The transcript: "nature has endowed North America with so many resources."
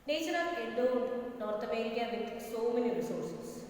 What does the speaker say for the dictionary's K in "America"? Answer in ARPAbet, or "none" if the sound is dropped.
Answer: none